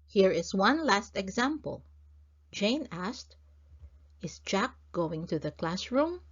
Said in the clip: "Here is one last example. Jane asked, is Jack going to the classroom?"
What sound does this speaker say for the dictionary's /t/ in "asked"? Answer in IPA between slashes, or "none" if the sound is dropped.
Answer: /t/